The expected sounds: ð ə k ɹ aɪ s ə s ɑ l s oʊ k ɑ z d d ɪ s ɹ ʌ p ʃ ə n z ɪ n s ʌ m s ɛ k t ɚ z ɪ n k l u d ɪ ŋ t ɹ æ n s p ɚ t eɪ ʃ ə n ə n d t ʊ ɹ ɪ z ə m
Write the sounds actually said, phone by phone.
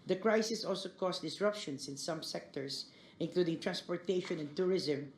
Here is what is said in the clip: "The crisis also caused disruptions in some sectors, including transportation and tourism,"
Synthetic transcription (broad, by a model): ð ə k ɹ aɪ s ə s ɑ l s oʊ k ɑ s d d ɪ s ɹ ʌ p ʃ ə n s ɪ n s ʌ m s ɛ k t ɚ s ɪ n k l u d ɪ ŋ t ɹ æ n s p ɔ t eɪ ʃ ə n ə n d t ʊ ɹ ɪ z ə m